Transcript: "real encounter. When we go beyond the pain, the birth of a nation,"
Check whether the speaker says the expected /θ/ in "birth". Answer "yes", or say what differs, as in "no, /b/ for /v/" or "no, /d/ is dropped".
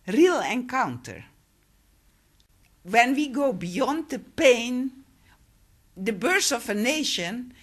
no, /s/ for /θ/